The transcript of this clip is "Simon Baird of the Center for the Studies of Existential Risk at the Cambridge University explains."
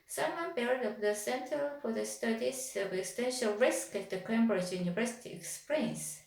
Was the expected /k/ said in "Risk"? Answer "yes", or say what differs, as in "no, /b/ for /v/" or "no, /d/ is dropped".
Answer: yes